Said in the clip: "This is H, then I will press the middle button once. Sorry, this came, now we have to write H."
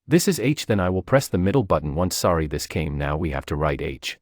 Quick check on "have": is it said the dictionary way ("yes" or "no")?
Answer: no